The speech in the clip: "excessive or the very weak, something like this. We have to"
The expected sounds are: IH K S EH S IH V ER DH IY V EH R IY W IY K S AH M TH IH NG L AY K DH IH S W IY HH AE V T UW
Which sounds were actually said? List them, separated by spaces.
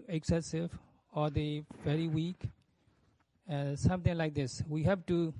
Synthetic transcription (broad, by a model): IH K S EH S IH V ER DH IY V EH R IY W IY K S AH M T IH NG L AY K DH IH S W IY HH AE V T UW